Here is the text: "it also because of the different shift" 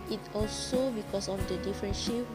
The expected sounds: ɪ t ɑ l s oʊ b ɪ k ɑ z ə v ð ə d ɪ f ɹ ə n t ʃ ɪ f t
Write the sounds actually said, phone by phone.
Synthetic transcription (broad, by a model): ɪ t ɑ l s oʊ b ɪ k ɑ s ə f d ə d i f ɹ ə n ʃ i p